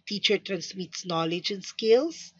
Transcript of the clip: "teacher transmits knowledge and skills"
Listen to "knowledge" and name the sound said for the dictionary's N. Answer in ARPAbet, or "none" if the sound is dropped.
N